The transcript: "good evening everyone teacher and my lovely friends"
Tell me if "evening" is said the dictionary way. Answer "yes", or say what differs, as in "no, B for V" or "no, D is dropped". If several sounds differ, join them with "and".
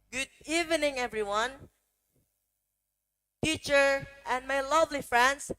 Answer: yes